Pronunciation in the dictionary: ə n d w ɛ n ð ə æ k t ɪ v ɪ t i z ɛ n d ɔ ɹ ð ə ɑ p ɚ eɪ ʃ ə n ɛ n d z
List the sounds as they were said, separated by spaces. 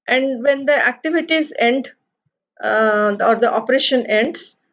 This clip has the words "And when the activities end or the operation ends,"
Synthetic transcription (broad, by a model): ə n d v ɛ n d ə æ k t ɪ v ɪ t i z ɛ n d ɔ ɹ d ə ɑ p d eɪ ʃ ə n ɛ n d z